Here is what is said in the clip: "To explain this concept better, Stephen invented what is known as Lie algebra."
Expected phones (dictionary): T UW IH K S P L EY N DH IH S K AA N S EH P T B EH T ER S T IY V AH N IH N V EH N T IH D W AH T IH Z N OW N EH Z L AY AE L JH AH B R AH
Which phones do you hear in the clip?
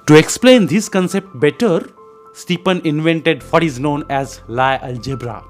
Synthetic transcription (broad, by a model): T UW IH K S P L EY N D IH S K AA N S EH P T B EH T ER S T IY P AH N IH N V EH N T IH D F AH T IH Z N OW N EH Z L AY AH L JH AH B R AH